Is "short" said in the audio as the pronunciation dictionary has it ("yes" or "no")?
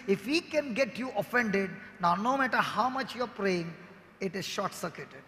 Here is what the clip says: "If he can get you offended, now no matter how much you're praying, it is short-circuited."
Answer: yes